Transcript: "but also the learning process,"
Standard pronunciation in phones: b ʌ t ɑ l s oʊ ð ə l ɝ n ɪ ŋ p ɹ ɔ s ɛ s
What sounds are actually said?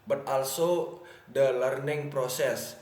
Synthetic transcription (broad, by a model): b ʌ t ɑ l s oʊ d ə l ɝ n ɪ ŋ p ɹ ɔ s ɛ s